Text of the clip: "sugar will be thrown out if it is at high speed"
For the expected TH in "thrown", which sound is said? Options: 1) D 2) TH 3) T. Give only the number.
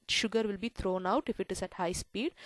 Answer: 3